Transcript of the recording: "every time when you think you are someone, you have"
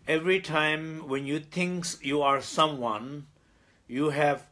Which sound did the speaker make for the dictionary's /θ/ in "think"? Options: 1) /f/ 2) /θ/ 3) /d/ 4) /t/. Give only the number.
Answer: 4